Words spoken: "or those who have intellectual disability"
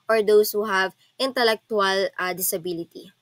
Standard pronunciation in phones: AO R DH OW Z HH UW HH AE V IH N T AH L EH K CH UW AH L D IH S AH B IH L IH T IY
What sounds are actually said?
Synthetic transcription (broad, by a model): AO R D OW S HH UW HH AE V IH N T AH L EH K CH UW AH L D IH S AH B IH L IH T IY